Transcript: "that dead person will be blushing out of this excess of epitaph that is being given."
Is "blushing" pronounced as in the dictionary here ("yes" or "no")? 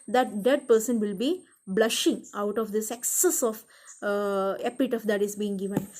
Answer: yes